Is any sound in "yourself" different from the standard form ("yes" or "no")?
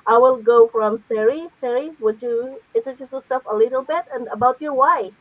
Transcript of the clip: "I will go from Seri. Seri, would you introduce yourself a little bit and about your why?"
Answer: yes